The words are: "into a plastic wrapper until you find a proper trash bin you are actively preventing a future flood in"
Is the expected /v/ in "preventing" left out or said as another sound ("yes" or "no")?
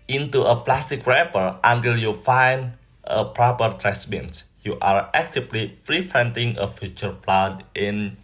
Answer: yes